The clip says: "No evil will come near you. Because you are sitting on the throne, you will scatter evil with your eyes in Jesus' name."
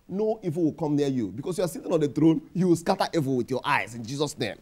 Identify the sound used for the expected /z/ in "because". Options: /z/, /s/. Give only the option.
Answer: /s/